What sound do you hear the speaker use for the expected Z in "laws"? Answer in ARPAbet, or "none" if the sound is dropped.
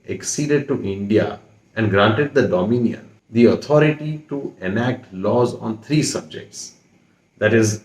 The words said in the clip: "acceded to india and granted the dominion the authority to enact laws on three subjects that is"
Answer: Z